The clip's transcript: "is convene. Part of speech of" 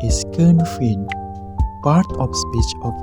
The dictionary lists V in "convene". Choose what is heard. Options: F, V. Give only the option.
F